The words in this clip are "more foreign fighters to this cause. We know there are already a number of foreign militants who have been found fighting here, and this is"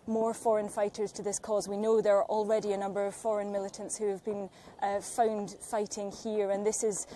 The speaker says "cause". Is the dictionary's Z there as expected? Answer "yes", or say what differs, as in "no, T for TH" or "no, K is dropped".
yes